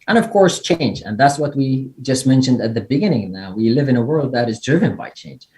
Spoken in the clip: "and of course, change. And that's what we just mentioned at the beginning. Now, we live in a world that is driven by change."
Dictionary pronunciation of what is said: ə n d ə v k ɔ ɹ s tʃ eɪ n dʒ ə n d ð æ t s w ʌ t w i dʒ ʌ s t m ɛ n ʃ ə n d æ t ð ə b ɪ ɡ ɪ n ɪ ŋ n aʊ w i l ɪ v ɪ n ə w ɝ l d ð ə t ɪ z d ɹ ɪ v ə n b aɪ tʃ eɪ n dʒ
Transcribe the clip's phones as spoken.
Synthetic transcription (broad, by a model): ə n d ə v k ɔ ɹ s tʃ eɪ n dʒ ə n ð æ t s w ʌ t w i dʒ ʌ s t m ɛ n ʃ ə n d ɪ t ð ə b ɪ ɡ ɪ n ɪ ŋ n aʊ w i l ɪ v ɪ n ə w ɝ l d ð ə t ɪ z d ɹ ɪ v ə n b aɪ tʃ eɪ n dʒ